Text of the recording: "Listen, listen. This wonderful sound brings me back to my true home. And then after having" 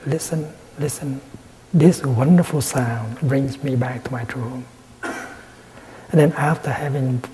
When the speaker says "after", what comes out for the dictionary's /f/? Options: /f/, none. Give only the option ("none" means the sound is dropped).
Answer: /f/